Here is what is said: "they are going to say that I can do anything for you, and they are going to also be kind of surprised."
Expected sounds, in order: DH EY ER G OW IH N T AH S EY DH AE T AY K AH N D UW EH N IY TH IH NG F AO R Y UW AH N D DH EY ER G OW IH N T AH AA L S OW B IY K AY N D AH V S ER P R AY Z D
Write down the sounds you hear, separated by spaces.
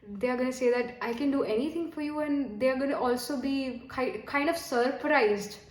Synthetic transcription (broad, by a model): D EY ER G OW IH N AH S EY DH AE T AY K AH N D UW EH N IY T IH NG F AO R Y UW AH N D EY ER G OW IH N T AA L S OW B IY K AY N D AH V S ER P R AY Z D